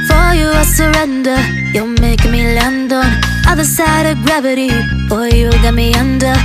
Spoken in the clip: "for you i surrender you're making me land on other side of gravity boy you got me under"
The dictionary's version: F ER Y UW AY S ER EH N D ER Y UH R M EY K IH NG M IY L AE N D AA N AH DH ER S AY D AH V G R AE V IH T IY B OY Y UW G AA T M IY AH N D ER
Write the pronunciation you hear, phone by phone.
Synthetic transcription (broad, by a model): F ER Y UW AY S ER EH N D ER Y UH L M EY IH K M IY L AE N D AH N AH DH ER S AY D AH V G R AE V IH T IY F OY Y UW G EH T M IY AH N D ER